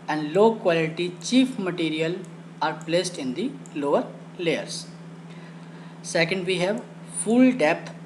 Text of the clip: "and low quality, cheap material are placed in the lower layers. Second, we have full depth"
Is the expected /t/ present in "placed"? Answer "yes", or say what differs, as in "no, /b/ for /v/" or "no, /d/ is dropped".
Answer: yes